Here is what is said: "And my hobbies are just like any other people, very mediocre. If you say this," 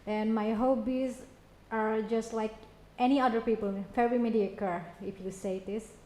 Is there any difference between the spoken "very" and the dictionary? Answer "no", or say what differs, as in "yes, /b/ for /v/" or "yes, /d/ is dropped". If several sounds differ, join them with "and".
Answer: yes, /f/ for /v/